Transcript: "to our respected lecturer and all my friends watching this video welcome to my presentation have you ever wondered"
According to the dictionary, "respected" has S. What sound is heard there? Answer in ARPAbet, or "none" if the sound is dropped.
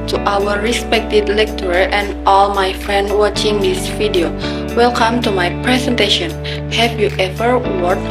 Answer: S